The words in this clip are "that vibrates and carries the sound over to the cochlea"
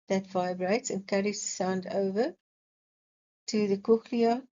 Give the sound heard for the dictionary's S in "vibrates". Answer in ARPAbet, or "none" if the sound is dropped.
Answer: S